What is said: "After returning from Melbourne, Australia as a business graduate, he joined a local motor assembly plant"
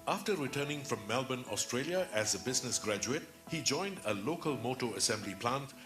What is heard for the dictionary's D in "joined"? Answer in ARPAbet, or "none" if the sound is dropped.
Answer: D